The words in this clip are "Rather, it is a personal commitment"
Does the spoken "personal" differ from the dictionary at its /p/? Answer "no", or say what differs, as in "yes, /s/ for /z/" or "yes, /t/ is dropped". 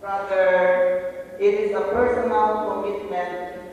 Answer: no